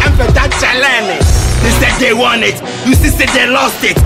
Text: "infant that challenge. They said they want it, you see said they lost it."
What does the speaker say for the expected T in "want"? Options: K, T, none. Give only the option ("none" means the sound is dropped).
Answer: none